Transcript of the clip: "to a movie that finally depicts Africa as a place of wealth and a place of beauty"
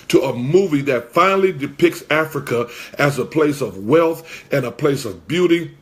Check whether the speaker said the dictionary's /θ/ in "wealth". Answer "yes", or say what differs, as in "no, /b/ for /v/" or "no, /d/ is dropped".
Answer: yes